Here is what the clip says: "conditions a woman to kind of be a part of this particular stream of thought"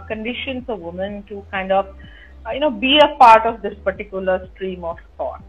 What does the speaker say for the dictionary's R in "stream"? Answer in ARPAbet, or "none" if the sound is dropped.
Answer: R